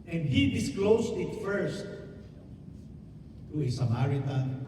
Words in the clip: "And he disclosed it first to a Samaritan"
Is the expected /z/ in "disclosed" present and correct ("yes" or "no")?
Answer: no